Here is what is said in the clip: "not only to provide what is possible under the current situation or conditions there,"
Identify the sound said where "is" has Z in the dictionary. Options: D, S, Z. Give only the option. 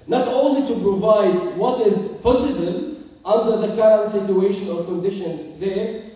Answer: Z